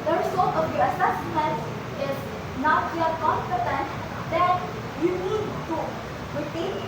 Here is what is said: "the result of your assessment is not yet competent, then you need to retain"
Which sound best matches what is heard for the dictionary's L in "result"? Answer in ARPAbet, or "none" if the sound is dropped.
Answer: none